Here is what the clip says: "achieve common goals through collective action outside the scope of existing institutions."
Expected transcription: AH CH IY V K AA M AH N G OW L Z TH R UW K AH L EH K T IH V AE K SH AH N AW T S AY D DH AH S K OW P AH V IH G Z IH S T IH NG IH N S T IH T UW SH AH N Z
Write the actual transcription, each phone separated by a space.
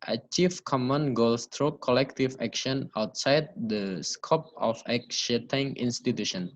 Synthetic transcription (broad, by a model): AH CH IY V K AA M AH N G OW L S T R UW K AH L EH K T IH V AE K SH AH N AW T S AY D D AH S K OW P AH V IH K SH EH T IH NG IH N S T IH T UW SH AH N